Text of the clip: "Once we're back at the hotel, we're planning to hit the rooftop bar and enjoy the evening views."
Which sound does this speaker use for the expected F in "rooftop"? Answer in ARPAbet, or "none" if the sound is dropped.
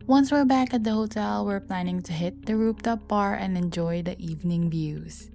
P